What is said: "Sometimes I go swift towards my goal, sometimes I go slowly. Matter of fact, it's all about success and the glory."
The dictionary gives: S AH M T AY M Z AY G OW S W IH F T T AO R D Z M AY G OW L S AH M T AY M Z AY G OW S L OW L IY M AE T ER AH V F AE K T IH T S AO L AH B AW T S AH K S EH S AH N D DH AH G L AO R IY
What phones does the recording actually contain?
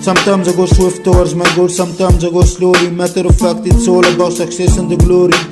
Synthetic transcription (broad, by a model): S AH M T AY M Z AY G OW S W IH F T T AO W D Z M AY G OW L S AH M T AY M Z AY G OW S L OW L IY M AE T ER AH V F AE K T IH T S AO L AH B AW S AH K S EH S AH N D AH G L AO R IY